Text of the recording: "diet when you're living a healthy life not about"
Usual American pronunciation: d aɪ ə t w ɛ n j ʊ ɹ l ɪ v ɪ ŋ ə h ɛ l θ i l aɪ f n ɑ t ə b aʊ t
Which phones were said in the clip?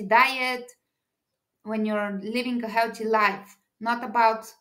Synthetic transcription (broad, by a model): d aɪ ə t w ɛ n j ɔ ɹ l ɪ v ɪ ŋ ə h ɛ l t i l aɪ f n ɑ t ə b aʊ t